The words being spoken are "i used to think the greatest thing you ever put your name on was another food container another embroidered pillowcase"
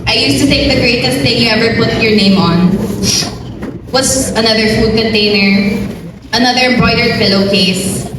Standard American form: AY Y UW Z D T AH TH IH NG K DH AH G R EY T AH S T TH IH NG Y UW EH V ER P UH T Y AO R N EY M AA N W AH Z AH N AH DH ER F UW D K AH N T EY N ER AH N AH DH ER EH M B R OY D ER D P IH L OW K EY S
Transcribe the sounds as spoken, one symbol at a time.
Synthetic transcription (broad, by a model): AY Y UW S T T AH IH K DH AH G R EY T AH S T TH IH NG Y UW EH V ER P UH T Y AO R N EY M AA N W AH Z AH N AH DH ER F UW D K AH N T EY N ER AH N AH DH ER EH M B R OY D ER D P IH L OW K EY S